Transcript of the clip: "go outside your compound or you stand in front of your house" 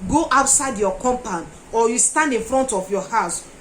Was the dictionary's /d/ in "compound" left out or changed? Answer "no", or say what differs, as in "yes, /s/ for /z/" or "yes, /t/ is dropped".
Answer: yes, /d/ is dropped